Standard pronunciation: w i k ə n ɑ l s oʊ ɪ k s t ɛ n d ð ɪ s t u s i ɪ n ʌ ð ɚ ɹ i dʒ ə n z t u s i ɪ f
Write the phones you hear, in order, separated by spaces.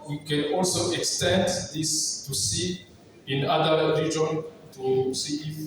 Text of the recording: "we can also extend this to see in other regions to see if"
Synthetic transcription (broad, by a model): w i k ə n ɑ l s oʊ ɪ k s t ɛ n d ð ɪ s t u s i ɪ n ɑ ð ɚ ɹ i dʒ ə n t u s i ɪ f